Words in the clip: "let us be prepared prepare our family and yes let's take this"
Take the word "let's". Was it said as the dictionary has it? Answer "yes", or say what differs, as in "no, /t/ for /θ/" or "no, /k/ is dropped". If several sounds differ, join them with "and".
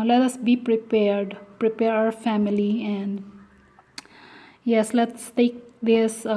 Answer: yes